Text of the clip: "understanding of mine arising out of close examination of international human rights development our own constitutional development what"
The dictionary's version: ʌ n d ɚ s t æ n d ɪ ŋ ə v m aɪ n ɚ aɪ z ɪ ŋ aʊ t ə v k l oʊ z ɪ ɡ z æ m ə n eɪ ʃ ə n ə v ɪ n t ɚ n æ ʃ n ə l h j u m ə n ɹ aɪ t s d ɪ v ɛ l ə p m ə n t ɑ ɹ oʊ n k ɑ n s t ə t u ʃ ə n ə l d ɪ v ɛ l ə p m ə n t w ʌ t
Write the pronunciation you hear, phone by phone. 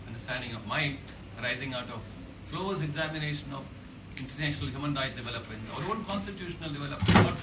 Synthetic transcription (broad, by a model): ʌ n d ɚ s t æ n d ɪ ŋ ə v m aɪ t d aɪ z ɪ ŋ aʊ t ə v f l oʊ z ɪ ɡ z æ m ə n eɪ ʃ ə n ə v ɪ n t ɚ n æ ʃ n ə l h j u m ə n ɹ aɪ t d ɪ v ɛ l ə p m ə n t ɑ ɹ oʊ n k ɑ n s t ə t u ʃ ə n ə l d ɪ v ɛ l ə p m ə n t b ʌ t